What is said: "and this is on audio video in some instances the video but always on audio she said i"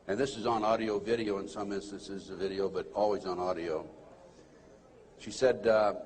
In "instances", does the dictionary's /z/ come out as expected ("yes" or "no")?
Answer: yes